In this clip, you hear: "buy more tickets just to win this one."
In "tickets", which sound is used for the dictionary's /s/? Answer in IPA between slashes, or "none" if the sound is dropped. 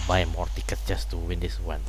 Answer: none